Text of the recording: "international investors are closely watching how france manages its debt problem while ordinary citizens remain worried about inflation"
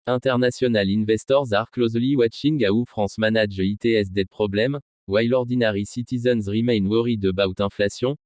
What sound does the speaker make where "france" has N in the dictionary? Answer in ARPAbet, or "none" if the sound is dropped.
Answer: none